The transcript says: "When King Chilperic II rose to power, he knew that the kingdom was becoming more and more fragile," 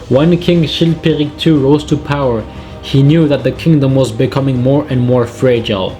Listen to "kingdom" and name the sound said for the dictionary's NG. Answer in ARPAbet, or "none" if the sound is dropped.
NG